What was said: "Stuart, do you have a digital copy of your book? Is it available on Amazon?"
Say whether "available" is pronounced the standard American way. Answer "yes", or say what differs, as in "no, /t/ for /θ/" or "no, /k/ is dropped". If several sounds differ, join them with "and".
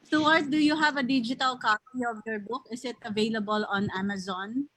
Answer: yes